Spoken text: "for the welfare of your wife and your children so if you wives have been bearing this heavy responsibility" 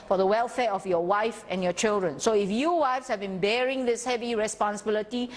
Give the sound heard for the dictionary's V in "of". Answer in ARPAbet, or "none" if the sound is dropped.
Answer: F